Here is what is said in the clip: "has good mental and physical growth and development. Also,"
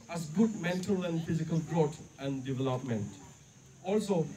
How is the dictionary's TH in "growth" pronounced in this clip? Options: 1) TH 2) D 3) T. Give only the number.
3